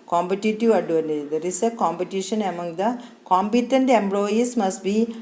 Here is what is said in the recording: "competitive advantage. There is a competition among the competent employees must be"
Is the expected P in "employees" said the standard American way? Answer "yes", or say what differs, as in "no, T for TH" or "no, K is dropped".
no, B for P